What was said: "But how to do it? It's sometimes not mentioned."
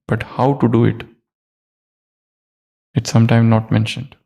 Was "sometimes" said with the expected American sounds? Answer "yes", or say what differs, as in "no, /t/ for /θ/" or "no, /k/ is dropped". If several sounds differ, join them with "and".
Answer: no, /z/ is dropped